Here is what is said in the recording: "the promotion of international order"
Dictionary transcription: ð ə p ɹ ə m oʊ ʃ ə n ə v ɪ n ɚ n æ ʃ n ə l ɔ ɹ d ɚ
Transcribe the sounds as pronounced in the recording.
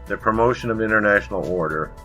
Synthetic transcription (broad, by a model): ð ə p ɹ ə m oʊ ʃ ə n ə v ɪ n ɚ n æ ʃ n l ɔ ɹ d ɚ